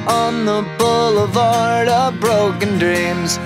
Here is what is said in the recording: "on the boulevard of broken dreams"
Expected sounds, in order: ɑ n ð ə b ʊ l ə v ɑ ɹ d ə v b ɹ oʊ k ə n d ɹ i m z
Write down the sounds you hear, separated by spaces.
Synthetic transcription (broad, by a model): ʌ n ð ə b ʊ l ə v ɑ ɹ d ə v b ɹ oʊ k ə n d ɹ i m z